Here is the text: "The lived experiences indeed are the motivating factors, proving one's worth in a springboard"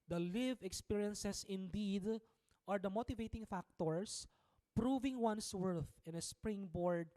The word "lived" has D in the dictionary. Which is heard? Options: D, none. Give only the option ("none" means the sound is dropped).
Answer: none